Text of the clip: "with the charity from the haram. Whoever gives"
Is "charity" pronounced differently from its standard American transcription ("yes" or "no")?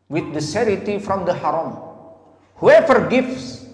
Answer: yes